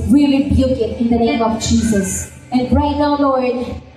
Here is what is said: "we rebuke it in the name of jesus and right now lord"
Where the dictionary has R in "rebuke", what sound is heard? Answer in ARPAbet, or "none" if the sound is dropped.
L